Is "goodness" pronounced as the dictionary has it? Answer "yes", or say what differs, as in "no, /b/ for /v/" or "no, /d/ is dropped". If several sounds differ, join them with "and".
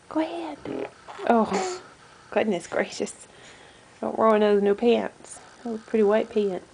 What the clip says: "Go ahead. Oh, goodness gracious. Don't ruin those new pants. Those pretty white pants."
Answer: yes